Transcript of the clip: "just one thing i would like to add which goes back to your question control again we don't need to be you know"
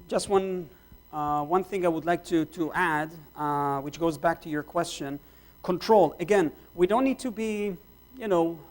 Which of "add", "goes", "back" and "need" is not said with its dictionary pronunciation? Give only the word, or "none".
none